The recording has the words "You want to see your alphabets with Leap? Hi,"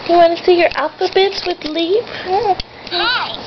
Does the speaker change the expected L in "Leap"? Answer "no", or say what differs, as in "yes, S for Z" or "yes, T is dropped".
no